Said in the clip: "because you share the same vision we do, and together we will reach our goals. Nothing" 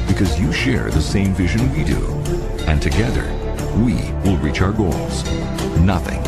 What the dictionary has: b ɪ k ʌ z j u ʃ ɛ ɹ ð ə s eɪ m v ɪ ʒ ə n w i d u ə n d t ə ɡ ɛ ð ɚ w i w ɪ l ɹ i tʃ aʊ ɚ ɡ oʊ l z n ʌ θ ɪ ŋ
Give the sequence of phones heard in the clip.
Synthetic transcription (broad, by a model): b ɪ k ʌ z j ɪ ʃ ɛ ɹ ð ə s eɪ m v ɪ ʒ ə n w i d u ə n t ə ɡ ɛ ð ɚ w i w ɪ l ɹ i tʃ aʊ ɚ ɡ oʊ l z n ʌ θ ɪ ŋ